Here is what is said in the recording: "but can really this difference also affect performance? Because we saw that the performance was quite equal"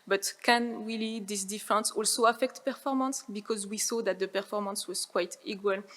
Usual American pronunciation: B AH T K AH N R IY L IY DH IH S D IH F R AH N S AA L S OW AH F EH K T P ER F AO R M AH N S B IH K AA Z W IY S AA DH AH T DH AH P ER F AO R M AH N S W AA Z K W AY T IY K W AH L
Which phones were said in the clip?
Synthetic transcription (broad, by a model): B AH T K AH N W IY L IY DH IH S D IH F R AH N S AA L S OW AH F EH K T P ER F AO R M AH N S B IH K AA Z W IY S AA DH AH T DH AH P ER F AO R M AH N S W AA Z K W AY T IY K W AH L